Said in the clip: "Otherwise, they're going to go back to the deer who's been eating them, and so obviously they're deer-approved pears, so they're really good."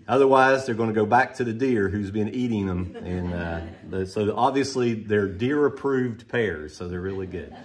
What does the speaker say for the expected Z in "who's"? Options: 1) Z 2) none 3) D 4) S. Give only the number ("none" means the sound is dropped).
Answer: 1